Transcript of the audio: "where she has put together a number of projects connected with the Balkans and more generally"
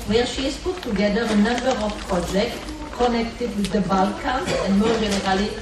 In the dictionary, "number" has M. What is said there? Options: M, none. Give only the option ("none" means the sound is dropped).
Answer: M